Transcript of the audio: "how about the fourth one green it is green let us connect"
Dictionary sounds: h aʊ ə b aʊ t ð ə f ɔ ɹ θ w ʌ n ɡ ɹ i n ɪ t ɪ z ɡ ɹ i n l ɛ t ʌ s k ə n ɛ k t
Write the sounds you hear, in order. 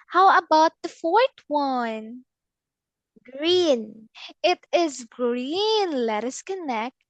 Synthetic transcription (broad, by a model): h aʊ ə b aʊ t ð ə f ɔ ɹ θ w ʌ n ɡ ɹ i n ɪ t ɪ z ɡ ɹ i n l ɛ t ʌ s k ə n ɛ k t